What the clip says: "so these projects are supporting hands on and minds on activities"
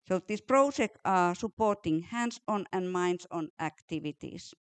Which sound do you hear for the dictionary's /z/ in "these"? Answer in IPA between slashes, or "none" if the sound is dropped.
/s/